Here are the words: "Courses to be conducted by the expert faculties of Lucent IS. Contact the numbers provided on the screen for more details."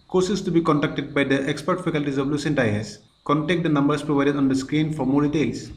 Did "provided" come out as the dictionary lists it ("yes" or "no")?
yes